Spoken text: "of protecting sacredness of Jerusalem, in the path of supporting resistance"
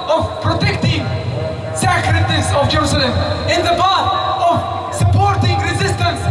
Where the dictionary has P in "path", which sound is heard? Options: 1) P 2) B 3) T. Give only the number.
2